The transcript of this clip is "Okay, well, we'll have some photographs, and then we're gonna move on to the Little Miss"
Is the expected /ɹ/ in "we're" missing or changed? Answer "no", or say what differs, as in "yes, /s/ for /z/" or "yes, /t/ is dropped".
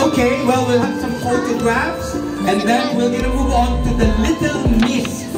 yes, /l/ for /ɹ/